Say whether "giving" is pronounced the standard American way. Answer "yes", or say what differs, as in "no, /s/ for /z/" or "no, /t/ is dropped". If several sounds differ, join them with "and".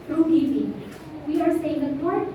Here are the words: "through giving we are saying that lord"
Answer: no, /p/ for /v/